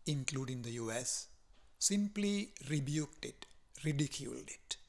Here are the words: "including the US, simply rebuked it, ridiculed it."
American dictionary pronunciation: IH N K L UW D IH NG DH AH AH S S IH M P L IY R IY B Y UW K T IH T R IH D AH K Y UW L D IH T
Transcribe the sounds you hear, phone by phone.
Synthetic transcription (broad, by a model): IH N K L UW D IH NG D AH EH S S IH M P L IY R IY B Y UW K T IH T R IH D AH K Y UW L D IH T